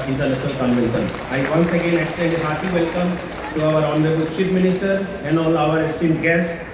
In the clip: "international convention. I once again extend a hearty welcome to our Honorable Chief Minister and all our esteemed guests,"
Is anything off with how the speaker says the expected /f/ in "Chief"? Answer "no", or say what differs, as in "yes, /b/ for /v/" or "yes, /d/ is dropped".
yes, /p/ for /f/